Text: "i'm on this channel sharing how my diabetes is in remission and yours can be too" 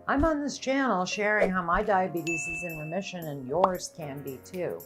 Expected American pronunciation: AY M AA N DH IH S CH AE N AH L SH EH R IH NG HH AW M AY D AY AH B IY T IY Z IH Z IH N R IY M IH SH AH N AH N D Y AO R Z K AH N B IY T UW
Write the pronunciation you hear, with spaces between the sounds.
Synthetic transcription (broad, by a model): AY M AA N DH IH S CH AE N L SH EH R IH NG HH AW M AY D AY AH B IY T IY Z IH Z IH N R IY M IH SH AH N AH N Y AO R Z K AH N B IY T UW